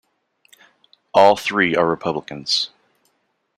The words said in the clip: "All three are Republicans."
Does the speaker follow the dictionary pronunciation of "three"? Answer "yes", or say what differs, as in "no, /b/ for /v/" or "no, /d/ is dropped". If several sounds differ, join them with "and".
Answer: yes